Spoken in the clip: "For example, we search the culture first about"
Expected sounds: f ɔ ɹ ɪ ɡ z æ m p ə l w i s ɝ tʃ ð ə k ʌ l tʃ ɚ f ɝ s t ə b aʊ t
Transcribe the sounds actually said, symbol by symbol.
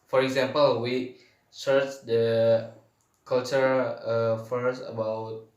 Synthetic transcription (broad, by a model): f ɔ ɹ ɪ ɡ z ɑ m p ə l w i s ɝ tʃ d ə k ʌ l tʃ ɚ f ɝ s ə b aʊ t